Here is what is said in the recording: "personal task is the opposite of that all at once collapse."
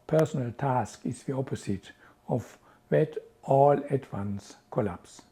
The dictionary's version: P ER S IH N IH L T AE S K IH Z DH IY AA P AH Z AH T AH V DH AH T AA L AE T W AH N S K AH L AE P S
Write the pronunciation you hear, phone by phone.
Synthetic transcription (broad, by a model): P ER S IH N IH L T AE S K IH S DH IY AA P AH S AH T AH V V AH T AA L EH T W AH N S K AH L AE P S